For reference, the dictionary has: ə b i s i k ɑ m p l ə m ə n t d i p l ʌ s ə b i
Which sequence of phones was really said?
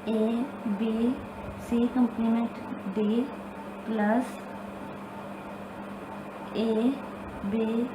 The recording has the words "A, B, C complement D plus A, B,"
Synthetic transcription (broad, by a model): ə b i s i k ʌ m p n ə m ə n t d i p l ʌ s ə b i